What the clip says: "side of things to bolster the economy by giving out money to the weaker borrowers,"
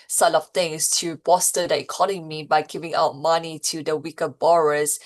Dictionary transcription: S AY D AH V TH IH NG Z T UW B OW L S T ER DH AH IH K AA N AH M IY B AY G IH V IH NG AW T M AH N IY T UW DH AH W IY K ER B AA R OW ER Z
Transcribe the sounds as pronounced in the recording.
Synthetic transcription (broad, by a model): S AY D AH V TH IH NG S T UW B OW S T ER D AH IH K AA N AH M IY B AY G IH V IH NG AW T M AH N IY T UW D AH W IY K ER B AA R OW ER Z